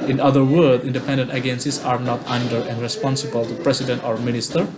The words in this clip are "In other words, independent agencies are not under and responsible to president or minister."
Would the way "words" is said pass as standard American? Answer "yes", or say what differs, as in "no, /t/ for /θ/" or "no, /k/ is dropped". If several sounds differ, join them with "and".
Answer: no, /z/ is dropped